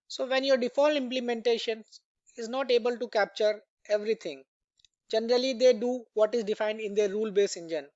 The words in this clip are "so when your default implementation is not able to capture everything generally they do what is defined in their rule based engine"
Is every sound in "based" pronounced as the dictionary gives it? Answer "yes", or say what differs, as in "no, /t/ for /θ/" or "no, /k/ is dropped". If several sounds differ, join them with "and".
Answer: no, /t/ is dropped